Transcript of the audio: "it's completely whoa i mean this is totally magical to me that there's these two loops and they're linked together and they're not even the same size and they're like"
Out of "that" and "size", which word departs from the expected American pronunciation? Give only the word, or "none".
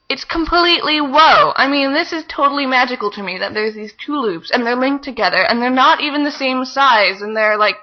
none